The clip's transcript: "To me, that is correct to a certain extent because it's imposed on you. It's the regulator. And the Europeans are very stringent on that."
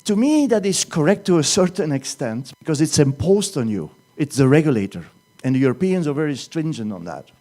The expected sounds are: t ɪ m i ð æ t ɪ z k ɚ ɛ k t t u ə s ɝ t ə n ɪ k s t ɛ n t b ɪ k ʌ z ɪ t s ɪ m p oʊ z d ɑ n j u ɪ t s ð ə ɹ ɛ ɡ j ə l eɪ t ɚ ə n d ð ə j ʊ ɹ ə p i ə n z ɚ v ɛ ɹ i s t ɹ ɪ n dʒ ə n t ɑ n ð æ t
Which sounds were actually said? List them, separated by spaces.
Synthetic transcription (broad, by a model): t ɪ m i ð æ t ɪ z k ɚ ɛ k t t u ə s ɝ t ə n ɪ k s t ɛ n t b ɪ k ʌ z ɪ t s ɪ m p oʊ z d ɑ n j u ɪ t s ð ə ɹ ɛ ɡ j ə l eɪ t ɚ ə n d ð ə j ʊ ɹ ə p i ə n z ɚ v ɛ ɹ i s t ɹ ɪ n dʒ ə n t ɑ n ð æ t